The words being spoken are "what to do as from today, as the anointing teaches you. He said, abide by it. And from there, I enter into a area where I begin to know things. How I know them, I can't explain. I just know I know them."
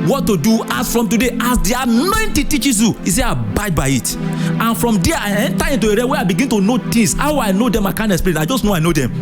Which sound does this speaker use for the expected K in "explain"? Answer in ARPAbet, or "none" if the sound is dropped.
none